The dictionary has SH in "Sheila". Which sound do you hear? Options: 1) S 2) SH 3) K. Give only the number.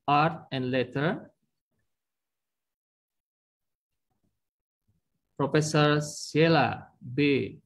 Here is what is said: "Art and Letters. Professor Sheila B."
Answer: 1